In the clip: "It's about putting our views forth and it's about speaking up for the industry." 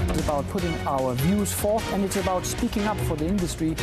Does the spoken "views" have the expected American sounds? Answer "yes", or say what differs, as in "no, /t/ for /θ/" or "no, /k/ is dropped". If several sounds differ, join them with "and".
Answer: yes